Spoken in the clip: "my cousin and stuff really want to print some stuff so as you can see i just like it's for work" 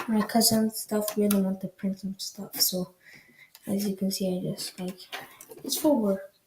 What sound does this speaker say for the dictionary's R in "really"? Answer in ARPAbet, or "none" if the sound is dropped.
W